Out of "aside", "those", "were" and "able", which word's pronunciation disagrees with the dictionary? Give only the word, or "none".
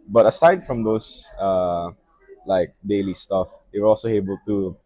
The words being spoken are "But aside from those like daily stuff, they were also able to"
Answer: those